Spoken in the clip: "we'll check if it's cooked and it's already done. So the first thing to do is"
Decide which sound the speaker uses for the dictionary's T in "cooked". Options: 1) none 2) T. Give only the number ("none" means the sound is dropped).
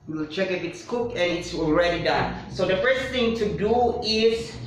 1